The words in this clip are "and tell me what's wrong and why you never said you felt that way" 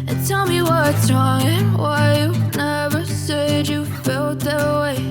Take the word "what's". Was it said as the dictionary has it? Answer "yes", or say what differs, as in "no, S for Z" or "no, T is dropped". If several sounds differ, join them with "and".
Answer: no, S is dropped